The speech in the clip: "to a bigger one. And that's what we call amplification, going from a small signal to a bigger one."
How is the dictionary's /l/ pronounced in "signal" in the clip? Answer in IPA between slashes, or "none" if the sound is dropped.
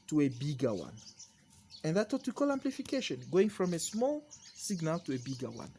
/l/